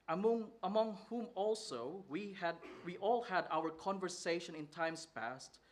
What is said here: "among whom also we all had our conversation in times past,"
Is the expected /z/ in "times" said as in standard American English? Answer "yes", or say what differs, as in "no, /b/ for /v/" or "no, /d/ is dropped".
no, /s/ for /z/